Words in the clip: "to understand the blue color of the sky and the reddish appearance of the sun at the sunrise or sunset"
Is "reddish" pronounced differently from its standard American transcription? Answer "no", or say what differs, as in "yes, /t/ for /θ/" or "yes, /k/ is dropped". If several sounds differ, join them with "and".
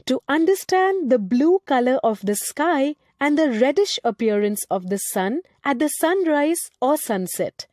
no